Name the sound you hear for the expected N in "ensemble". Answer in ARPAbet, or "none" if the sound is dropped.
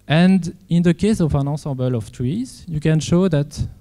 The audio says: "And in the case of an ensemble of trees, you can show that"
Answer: none